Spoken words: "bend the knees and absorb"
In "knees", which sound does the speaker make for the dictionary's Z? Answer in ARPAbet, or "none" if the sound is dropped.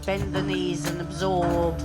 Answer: Z